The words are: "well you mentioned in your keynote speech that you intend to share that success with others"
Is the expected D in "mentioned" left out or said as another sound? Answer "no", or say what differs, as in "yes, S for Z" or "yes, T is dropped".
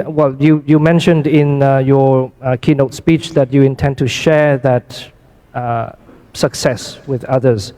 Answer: no